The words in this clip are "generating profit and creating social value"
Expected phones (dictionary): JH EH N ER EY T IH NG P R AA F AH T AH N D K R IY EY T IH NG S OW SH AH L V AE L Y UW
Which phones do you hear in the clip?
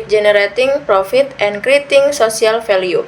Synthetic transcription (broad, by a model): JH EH N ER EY T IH NG P R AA F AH T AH N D K R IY T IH NG S OW S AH L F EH L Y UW